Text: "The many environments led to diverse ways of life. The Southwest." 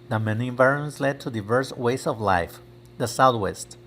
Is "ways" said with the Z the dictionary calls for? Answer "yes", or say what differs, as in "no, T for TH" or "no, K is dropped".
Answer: no, S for Z